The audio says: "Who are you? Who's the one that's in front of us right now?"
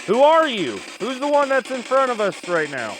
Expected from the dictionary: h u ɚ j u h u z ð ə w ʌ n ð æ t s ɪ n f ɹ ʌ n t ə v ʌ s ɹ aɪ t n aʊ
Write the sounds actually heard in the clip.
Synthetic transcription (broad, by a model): h u ɚ j u h u z ð ə w ʌ n ð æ t s ɪ n f ɹ ʌ t ə v ʌ s ɹ aɪ t n aʊ